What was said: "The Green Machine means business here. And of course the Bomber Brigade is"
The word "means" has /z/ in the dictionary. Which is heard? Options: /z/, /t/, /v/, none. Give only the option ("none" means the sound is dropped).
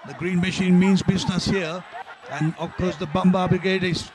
/z/